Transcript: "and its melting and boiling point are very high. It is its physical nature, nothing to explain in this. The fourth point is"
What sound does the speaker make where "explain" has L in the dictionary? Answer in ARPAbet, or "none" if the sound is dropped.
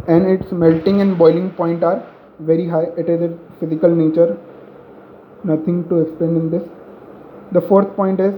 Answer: none